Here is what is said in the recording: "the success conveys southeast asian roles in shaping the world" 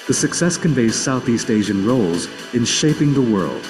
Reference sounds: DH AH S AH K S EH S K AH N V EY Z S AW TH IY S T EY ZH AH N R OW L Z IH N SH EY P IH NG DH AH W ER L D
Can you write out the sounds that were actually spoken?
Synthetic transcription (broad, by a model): DH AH S AH K S EH S K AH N V EY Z S AW TH IY S T EY ZH AH N R OW L Z IH N SH EY P IH NG DH AH W ER L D